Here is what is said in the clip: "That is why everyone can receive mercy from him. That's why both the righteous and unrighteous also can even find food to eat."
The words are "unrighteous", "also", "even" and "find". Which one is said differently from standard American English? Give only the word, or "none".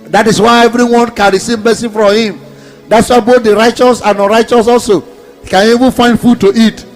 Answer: unrighteous